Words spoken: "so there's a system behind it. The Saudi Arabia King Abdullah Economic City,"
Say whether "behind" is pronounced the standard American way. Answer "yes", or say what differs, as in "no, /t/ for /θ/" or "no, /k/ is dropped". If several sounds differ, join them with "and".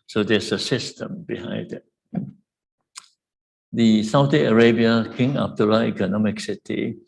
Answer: no, /n/ is dropped